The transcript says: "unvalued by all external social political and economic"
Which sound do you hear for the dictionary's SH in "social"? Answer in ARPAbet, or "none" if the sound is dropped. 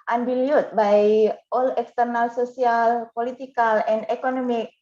S